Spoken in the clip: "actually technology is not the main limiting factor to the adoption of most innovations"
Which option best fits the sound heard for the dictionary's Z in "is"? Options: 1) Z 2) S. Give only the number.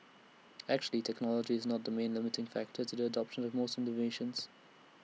1